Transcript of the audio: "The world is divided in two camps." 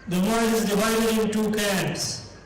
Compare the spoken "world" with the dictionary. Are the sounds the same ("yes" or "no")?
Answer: no